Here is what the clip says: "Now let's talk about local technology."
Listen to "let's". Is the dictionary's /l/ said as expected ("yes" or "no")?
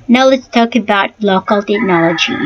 yes